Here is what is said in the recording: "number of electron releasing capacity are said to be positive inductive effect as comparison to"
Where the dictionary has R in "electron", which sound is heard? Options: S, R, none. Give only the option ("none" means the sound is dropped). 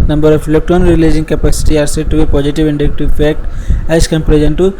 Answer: none